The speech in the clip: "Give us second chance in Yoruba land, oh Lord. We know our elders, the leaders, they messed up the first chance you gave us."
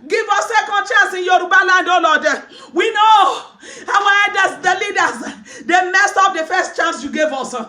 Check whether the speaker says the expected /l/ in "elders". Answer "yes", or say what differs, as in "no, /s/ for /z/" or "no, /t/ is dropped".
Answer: no, /l/ is dropped